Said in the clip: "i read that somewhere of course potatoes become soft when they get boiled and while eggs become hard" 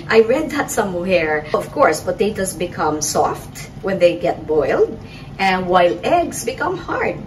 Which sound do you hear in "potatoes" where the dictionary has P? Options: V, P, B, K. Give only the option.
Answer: B